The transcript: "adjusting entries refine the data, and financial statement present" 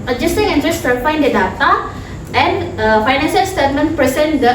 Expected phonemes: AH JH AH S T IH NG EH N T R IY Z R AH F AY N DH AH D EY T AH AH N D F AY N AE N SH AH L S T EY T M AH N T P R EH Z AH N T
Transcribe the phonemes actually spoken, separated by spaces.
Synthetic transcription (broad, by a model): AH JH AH S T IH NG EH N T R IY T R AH P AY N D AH D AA T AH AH N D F AY N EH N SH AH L S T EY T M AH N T P R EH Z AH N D